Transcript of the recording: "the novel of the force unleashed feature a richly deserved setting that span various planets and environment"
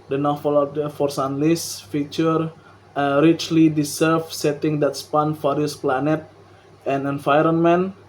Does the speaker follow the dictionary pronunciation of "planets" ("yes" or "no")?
no